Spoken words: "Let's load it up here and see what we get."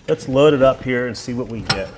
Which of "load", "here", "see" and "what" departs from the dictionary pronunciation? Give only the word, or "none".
none